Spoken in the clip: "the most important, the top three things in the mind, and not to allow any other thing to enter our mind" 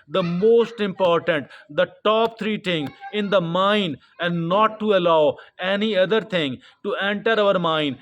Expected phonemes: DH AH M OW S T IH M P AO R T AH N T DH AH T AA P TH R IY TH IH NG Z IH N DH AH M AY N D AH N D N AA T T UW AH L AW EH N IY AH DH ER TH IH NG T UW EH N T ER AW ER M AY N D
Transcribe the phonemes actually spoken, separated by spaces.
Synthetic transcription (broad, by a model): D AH M OW S T IH M P AO R T AH N T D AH T AA P T R IY T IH NG IH N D AH M AY N D AH N D N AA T T UW AH L AW EH N IY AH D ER T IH NG T UW EH N T ER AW ER M AY N D